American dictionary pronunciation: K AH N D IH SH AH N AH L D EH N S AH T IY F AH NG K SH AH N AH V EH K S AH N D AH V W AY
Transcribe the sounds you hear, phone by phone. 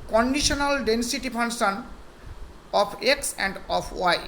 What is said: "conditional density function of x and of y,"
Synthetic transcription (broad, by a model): K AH N D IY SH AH N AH L D EH N S AH T IY P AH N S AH N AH P EH K S AH N D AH P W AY